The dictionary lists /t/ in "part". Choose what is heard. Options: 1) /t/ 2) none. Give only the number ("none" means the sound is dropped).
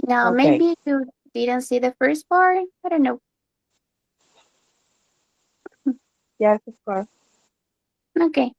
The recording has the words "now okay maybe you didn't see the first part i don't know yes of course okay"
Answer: 2